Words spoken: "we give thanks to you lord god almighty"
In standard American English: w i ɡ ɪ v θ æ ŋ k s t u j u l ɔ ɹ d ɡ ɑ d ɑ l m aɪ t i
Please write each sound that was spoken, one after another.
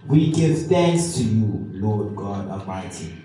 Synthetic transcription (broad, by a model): w i ɡ ɪ v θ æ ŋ k s t u j u l ɔ d ɡ ɑ d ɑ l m aɪ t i